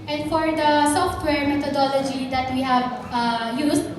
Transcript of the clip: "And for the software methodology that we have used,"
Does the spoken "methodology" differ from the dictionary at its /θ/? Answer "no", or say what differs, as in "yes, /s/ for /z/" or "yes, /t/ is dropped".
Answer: yes, /t/ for /θ/